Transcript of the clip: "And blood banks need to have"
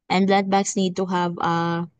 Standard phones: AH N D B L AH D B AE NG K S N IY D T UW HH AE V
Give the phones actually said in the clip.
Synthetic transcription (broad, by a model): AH N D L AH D B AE K S N IY D T UW HH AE V